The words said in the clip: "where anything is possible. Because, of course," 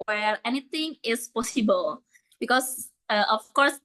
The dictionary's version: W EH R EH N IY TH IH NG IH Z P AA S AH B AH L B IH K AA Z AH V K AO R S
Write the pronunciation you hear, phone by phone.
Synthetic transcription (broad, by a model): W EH R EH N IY T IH NG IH S P AA S AH B AH L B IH K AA S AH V K AO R S